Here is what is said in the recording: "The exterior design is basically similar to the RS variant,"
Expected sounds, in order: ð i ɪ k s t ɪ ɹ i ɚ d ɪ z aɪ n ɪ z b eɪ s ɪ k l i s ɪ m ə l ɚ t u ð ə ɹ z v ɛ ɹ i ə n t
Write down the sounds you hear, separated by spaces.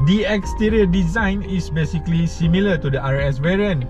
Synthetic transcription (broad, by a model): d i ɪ k s t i ɹ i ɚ d ɪ z aɪ n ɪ s b eɪ s ɪ k l i s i m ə l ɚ t u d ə ɹ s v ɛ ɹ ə n